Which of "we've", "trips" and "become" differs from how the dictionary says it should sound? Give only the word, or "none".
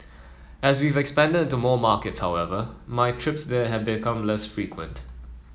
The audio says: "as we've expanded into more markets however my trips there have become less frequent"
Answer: none